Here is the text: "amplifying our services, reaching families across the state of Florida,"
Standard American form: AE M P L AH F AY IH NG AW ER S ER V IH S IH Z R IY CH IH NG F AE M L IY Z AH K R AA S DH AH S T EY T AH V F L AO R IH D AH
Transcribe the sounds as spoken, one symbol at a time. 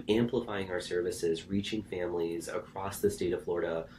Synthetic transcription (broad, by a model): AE M P L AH F AY IH NG AW ER S ER V IH S IH Z R IY CH IH NG F AE M L IY Z AH K R AA S DH AH S T EY T AH V F L AO R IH D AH